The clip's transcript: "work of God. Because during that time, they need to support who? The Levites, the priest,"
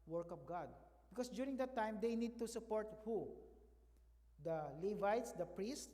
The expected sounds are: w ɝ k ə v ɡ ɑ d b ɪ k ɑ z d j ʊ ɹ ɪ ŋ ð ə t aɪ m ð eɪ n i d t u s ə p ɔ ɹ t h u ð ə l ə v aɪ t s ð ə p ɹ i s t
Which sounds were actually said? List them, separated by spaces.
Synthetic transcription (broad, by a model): w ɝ k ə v ɡ ɑ d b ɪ k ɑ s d j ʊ ɹ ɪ ŋ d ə t aɪ m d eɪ n i d t u s ə p ɔ ɹ t h u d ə l ə v aɪ t s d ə p ɹ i s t